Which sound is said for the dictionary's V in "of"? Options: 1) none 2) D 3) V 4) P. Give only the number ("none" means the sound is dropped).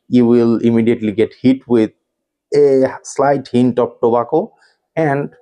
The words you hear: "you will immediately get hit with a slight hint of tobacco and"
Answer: 4